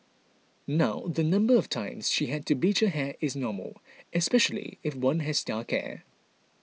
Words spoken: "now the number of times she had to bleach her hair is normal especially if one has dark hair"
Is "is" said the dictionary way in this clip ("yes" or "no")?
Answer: yes